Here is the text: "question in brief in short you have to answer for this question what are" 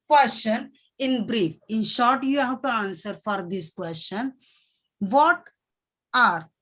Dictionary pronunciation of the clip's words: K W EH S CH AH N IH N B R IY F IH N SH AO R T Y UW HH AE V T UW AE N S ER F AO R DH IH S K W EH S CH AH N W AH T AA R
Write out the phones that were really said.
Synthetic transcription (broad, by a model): K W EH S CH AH N IH N B R IY F IH N SH AO R T Y UW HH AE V T UW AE N S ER F AO R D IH S K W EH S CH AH N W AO T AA R